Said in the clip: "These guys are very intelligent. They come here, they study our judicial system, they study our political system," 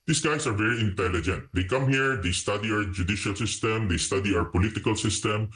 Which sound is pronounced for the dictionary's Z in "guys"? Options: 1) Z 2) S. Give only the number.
2